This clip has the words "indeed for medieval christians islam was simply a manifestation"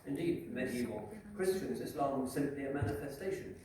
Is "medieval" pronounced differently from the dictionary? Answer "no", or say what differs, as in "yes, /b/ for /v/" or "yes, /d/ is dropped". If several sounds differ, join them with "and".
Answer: yes, /v/ is dropped